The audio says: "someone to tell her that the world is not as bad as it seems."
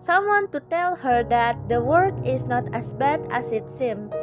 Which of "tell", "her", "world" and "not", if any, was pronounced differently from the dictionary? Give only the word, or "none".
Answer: world